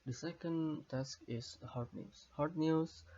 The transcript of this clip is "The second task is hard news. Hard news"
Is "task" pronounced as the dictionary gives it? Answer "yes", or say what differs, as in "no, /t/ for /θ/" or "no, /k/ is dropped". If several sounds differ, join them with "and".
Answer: yes